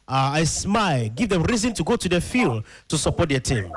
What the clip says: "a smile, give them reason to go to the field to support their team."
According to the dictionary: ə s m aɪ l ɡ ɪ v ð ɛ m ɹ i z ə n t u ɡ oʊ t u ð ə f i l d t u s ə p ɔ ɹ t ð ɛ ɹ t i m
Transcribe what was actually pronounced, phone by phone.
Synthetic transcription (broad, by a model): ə s m aɪ l ɡ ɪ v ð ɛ m ɹ i z ə n t u ɡ oʊ t u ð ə f i l d t u s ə p ɔ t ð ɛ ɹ t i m